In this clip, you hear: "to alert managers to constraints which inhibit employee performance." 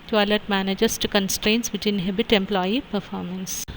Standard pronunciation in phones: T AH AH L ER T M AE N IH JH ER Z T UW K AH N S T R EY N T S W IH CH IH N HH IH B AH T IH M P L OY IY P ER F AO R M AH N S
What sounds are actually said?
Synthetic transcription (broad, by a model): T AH L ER T M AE N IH JH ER S T UW K AH N S T R EY N T S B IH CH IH N HH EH B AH T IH M P L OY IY P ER F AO R M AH N S